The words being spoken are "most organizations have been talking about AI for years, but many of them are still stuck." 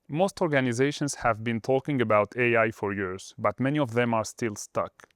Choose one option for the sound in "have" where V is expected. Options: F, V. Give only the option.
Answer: V